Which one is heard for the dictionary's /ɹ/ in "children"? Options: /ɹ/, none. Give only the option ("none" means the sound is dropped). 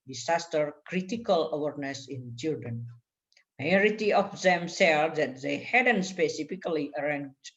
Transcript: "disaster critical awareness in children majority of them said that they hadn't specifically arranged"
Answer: none